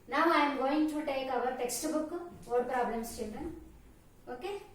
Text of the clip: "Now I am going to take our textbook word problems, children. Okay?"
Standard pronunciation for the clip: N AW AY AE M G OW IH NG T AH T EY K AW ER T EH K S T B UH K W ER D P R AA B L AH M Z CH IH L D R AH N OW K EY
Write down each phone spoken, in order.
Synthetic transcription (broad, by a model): N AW AY M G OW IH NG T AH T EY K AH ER T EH K S T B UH K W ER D P R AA B L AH M S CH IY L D AH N OW K EY